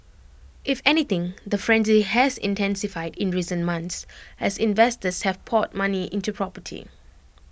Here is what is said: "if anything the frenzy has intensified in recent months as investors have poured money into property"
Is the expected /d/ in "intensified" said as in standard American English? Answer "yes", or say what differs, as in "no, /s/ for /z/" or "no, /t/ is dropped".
yes